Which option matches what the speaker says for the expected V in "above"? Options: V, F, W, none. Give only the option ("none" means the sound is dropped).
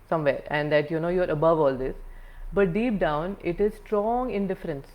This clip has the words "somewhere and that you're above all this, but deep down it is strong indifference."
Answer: V